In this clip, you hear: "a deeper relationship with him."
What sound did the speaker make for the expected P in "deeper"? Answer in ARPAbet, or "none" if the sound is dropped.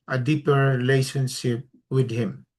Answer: P